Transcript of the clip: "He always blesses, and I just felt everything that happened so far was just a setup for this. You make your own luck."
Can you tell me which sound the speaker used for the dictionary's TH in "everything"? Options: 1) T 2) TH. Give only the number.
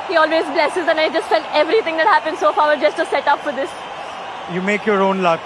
1